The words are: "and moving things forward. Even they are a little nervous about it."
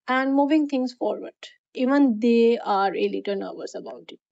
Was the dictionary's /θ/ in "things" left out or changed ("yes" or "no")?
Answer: yes